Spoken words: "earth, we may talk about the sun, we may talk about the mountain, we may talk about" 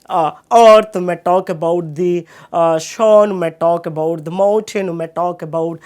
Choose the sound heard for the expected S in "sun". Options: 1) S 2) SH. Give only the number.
2